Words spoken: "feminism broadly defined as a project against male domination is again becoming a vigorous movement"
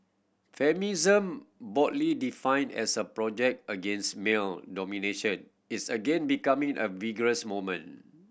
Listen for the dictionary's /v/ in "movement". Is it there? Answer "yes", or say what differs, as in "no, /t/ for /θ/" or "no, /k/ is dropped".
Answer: no, /v/ is dropped